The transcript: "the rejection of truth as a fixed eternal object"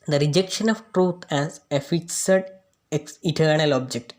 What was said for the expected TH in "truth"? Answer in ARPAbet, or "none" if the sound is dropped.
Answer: T